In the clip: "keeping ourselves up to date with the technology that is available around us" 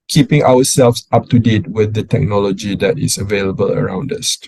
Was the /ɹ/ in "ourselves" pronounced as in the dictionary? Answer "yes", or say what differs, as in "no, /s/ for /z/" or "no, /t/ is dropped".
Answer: no, /w/ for /ɹ/